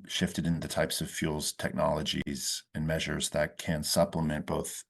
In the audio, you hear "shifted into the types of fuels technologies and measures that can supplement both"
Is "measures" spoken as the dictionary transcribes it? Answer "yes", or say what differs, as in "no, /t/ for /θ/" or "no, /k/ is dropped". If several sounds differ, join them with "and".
yes